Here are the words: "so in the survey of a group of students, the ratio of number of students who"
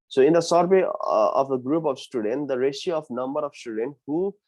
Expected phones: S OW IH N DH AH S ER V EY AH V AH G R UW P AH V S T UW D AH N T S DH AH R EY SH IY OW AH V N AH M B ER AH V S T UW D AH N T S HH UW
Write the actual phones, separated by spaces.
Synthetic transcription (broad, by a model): S OW IH N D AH S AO B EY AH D AH G R UW P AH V S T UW D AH N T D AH R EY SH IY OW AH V N AH M B ER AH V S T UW D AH N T HH UW